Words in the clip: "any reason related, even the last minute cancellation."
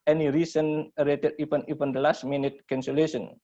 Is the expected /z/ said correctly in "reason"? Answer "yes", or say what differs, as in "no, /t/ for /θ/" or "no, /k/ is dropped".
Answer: no, /s/ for /z/